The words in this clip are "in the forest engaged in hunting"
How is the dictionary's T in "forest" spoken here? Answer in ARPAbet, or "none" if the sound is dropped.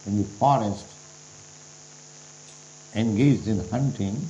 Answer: T